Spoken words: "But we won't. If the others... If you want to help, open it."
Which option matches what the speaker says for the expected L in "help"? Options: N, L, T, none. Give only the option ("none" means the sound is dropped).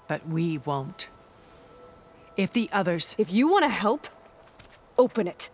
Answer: L